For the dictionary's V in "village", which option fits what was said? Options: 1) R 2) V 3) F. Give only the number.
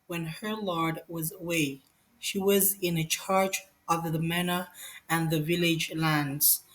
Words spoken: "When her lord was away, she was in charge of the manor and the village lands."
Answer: 2